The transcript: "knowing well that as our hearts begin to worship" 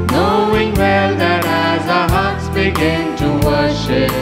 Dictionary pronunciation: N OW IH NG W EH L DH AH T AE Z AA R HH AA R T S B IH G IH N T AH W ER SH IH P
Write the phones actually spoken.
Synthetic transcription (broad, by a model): N OW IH NG W EH L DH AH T AE Z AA HH AA R T S B IH G IH N T AH W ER SH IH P